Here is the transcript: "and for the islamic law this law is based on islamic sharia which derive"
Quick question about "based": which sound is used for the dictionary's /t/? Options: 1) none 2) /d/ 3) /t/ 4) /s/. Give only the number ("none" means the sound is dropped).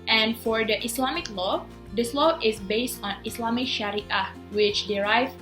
3